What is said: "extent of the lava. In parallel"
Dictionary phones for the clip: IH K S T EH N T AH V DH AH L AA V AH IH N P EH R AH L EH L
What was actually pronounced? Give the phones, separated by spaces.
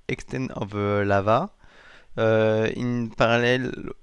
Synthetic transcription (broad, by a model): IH K S T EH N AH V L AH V AA AH IH N P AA R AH L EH L